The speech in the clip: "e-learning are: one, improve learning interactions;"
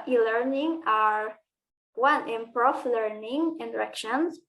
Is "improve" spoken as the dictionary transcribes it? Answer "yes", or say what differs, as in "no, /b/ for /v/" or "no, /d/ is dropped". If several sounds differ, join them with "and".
no, /f/ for /v/